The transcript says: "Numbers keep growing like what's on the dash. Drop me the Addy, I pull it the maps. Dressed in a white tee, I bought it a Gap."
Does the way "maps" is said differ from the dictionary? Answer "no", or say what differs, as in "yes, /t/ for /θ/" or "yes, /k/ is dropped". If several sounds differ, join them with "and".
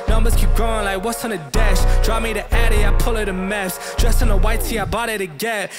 yes, /f/ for /p/